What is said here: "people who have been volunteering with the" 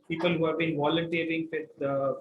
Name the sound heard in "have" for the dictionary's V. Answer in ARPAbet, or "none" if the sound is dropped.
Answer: V